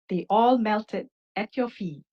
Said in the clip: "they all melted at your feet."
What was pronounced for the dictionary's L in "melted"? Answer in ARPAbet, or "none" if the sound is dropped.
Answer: L